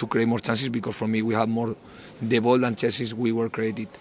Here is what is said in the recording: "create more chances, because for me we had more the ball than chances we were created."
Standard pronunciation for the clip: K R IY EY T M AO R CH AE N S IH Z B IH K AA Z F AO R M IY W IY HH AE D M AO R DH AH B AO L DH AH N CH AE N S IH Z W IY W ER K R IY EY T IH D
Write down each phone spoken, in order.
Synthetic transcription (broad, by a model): K R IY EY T M AO R CH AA N S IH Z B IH K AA S F AO R M IY W IY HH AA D M AO R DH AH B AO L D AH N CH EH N S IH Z W IY W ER K R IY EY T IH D